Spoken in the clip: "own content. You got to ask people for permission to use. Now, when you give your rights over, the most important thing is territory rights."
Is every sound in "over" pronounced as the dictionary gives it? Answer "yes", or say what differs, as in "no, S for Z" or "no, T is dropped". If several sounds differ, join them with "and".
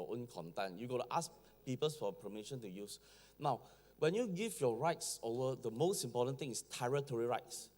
no, V is dropped